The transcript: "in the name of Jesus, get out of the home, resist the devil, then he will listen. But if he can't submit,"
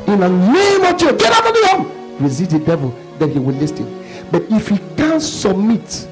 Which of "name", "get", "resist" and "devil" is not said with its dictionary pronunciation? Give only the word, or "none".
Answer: resist